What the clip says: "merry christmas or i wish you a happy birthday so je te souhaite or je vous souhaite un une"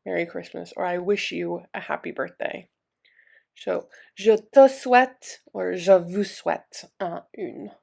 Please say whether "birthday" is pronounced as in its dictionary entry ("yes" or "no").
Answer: yes